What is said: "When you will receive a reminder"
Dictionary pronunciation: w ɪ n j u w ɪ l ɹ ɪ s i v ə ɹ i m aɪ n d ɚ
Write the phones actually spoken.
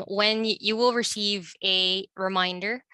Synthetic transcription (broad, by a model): w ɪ n j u w ɪ l ɹ ɪ s i v ə ɹ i m aɪ n d ɚ